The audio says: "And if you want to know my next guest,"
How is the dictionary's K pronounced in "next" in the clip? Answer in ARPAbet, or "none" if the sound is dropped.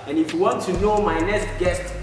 none